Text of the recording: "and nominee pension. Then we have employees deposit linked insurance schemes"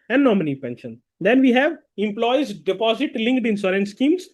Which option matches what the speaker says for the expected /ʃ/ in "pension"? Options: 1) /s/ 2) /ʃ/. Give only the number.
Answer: 2